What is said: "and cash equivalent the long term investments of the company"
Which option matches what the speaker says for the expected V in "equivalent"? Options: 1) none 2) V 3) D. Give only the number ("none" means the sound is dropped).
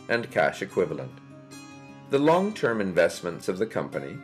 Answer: 2